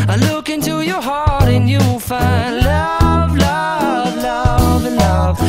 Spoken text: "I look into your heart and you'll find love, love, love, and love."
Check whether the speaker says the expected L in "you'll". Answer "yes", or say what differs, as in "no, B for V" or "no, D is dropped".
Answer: no, W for L